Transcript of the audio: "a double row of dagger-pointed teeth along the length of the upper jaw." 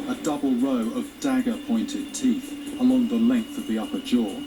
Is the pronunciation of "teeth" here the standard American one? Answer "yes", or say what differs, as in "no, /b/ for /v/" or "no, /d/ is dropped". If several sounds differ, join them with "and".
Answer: yes